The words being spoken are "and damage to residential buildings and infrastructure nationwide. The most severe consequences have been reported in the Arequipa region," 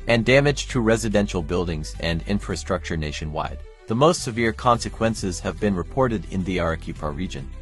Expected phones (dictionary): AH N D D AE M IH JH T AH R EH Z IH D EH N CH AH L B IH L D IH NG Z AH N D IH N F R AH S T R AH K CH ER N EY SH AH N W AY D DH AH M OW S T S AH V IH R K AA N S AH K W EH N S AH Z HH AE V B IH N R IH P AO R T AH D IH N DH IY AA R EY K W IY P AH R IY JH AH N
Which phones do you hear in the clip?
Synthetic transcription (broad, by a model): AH N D D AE M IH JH T AH R EH Z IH D EH N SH L B IH L D IH NG Z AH N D IH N F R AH S T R AH K CH ER N EY SH AH N W AY D DH AH M OW S T S AH V IH R K AA N S AH K W EH N S AH Z HH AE V B IH N R IH P AO R T AH D IH N DH IY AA R K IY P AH R IY JH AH N